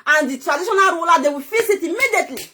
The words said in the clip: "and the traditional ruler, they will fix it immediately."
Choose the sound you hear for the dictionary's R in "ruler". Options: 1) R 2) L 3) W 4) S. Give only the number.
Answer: 3